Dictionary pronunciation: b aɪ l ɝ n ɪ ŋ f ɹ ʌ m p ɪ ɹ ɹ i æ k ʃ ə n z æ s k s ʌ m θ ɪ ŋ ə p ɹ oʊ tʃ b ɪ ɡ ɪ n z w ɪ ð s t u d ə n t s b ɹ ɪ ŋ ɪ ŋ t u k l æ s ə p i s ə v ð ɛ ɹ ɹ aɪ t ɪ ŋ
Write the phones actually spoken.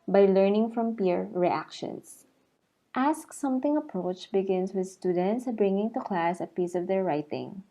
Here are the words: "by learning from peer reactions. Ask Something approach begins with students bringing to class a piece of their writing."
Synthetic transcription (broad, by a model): b aɪ l ɝ n ɪ ŋ f ɹ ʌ m p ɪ ɹ ɹ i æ k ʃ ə n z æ s k s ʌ m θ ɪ ŋ ə p ɹ oʊ tʃ b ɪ ɡ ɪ n s w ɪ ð s t u d ə n t s b ɹ ɪ ŋ ɪ ŋ t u k l æ s ə p i s ə v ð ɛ ɹ ɹ aɪ t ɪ ŋ